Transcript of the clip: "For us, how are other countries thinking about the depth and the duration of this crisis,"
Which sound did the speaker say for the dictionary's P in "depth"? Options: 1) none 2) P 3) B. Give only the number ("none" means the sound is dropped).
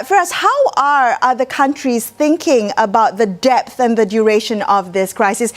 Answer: 2